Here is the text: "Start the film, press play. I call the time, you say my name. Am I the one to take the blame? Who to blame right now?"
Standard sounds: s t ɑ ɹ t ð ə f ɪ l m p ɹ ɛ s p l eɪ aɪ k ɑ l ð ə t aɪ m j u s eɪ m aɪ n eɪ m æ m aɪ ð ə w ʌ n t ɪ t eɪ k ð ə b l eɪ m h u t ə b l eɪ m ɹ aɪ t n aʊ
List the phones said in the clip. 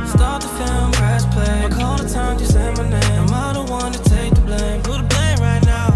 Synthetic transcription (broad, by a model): s t ɑ ɹ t ð ə f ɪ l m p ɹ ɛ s p l eɪ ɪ k ɑ l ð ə t aɪ m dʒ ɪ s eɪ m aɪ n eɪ ɪ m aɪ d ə w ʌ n t ɪ t eɪ k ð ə b l eɪ m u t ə b l eɪ m ɹ aɪ t n aʊ